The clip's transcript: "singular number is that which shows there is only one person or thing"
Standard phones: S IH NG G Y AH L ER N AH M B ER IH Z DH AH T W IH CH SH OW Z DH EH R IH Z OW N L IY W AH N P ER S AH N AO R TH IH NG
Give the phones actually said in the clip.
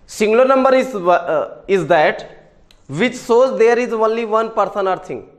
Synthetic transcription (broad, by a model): S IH NG G L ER N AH M B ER IH Z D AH T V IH CH S OW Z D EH R IH Z OW N L IY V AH N P ER S AH N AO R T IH NG